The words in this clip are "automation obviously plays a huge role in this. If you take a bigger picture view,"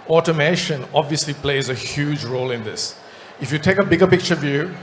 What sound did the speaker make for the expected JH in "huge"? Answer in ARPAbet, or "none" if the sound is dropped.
JH